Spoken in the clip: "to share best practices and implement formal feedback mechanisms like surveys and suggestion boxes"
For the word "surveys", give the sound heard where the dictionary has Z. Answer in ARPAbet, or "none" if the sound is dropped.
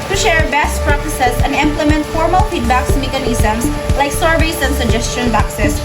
S